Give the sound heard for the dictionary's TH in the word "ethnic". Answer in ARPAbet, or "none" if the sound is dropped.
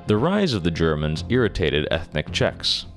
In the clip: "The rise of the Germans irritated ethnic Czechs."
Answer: TH